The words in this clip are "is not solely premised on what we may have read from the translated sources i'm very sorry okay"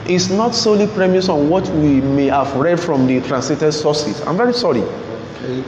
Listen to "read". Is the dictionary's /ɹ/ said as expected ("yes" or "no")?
yes